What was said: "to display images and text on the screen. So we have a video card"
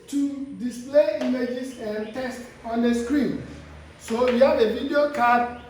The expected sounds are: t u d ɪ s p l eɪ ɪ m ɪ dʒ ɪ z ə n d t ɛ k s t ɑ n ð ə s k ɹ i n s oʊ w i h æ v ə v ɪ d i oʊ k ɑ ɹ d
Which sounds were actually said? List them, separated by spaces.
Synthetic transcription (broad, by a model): t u d ɪ s p l eɪ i m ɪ dʒ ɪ s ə n t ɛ s t ɑ n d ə s k ɹ i n s oʊ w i h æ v ə v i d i oʊ k ɑ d